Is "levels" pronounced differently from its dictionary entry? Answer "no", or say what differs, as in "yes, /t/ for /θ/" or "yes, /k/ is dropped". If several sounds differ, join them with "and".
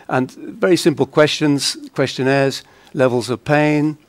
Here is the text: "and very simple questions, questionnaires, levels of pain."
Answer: no